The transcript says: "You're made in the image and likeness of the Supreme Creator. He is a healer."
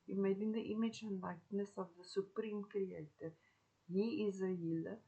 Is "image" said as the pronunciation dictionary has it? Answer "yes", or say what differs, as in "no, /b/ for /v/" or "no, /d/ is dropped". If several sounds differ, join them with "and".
yes